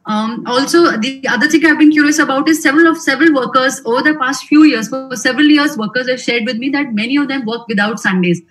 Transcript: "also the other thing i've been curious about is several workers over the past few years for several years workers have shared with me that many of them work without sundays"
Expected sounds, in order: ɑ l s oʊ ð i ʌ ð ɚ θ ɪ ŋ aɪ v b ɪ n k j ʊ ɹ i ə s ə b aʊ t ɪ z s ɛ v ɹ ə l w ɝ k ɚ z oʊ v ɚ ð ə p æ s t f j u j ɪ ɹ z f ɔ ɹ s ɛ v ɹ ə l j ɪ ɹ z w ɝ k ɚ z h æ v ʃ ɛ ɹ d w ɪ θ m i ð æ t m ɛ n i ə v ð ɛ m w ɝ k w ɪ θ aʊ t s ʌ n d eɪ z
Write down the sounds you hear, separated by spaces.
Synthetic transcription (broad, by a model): ɑ l s oʊ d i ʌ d ɚ t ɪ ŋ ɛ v b ɪ n k j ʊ ɹ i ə s ə b aʊ t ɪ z s ɛ v ɹ ə l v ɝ k ɚ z oʊ v ɚ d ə p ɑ s t f j u j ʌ ɹ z f ɔ ɹ s ɛ v ɹ ə l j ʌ ɹ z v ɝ k ɚ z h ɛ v ʃ ɛ ɹ d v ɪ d m i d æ t m ɛ n i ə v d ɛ m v ɝ k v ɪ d aʊ t s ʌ n d eɪ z